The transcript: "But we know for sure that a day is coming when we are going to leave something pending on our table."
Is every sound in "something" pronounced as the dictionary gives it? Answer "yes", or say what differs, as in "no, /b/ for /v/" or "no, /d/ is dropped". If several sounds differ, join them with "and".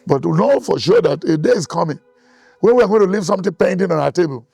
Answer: no, /t/ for /θ/